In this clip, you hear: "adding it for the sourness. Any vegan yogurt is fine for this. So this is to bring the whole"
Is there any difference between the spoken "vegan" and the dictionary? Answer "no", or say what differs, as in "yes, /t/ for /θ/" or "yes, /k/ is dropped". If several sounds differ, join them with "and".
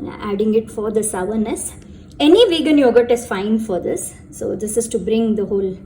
no